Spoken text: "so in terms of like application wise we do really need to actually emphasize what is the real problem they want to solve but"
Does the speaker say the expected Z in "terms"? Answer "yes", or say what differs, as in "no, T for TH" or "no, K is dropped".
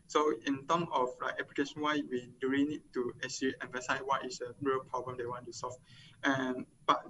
no, Z is dropped